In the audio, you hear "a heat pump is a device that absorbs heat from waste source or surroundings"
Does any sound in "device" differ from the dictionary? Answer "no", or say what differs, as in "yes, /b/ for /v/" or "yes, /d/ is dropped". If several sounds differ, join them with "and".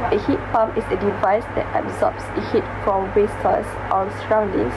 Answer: no